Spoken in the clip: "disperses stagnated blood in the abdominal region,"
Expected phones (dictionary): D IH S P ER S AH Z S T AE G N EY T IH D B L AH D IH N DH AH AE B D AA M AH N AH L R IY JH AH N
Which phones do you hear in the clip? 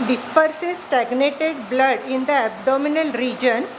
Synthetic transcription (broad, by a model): D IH S P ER S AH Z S T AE G N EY T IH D B L AH D IH N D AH AE B D AA M AH N AH L R IY JH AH N